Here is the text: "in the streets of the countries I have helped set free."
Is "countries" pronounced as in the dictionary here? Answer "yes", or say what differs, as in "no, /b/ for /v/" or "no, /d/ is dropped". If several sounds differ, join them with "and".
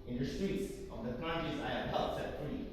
no, /ɹ/ is dropped